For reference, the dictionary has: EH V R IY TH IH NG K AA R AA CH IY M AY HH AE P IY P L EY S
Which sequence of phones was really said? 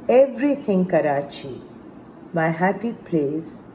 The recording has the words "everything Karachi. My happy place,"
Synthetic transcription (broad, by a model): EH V R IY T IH NG K AA R AA CH IY M AY HH AE P IY P L EY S